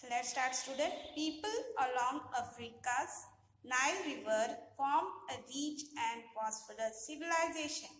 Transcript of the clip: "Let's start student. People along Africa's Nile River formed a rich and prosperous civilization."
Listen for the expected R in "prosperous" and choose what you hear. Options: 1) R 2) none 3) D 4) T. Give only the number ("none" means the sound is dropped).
2